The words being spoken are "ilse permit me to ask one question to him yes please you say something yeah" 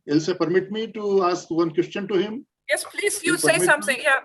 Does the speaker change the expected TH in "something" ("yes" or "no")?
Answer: yes